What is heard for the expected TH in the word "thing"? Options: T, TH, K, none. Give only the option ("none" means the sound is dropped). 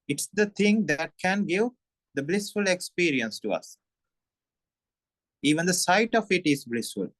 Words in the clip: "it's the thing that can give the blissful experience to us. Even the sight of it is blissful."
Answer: T